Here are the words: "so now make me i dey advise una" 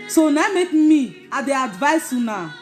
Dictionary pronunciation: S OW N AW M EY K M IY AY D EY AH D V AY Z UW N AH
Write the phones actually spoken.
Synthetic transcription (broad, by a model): S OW N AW M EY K M IY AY D EY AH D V AY S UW N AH